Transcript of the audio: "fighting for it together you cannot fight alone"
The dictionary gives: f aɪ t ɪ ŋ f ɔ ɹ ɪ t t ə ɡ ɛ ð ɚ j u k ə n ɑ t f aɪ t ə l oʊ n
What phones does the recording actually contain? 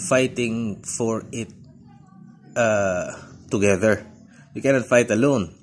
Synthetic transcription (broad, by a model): f aɪ t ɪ ŋ f ɔ ɹ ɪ t t ə ɡ ɛ ð ɚ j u k ə n ɑ t f aɪ t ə l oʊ n